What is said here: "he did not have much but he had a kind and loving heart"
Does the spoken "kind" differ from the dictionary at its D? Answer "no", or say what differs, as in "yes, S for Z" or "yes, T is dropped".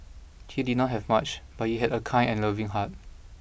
yes, D is dropped